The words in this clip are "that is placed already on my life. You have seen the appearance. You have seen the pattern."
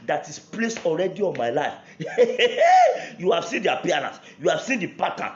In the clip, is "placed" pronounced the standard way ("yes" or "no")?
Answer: no